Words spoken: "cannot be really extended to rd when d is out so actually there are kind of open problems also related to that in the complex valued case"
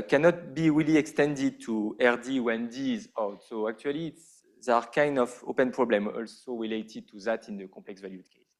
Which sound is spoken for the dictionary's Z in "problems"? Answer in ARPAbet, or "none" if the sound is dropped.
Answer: none